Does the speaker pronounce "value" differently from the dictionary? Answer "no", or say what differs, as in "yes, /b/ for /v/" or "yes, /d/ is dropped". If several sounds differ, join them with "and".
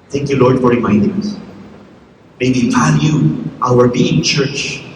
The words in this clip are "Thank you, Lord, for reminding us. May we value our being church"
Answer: yes, /f/ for /v/